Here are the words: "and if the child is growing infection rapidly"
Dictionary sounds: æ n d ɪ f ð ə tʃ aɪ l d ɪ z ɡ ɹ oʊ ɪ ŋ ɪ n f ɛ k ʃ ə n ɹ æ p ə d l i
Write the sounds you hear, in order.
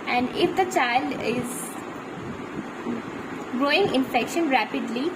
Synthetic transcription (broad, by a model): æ n d ɪ f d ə tʃ aɪ l d ɪ z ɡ ɹ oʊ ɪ ŋ ɪ n f ɛ k ʃ ə n ɹ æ p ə d l i